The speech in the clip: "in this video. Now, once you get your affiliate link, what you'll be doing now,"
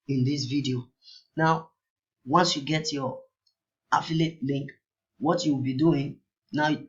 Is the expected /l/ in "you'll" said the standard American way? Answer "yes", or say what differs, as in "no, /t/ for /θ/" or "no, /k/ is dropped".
no, /w/ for /l/